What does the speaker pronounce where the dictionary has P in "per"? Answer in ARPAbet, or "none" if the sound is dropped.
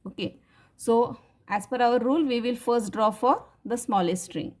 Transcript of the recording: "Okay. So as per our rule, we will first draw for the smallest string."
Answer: F